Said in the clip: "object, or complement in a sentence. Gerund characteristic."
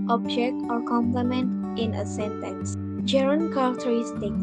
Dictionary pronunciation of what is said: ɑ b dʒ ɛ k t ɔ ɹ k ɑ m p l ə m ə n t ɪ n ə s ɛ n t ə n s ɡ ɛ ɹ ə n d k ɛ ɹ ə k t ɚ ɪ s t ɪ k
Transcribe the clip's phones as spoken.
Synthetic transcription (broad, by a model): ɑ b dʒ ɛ k t ɔ ɹ k ɑ m p l ə m ə n t ɪ n ə s ɛ n t ə n s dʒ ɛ ɹ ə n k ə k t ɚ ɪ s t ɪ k